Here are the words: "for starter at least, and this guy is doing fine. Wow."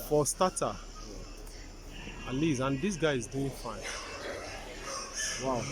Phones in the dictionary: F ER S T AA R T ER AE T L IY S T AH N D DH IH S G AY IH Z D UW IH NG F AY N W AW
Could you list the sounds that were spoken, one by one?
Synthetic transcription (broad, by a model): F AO S T AA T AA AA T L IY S AH N D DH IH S G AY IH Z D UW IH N F AY N W AW